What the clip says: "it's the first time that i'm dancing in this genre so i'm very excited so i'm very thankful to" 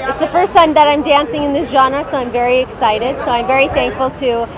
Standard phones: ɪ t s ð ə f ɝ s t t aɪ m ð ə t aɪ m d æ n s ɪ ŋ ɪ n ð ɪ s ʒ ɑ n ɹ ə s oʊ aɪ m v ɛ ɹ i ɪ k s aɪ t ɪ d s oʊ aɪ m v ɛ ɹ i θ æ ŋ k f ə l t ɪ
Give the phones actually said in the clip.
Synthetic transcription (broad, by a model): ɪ t s ð ə f ɝ s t t aɪ m ð ə t aɪ m d æ n s ɪ ŋ ɪ n ð ɪ s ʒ ɑ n ɹ s oʊ aɪ m v ɛ ɹ i ɪ k s aɪ t ɪ d s oʊ aɪ m v ɛ ɹ i θ æ ŋ k f ə l t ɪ